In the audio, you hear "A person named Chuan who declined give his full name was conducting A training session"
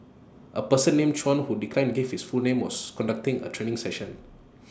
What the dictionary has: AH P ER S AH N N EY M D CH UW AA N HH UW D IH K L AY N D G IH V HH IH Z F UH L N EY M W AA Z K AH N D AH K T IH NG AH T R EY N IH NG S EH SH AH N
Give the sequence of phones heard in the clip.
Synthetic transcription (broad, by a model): AH P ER S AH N N EY M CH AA N HH UW D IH K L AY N G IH F HH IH S F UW L N EY M W AA S K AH N D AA K T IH NG AH T R EY N IH NG S EH SH AH N